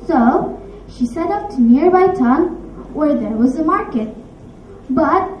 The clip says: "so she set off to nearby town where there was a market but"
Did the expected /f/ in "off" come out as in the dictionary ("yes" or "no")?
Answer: no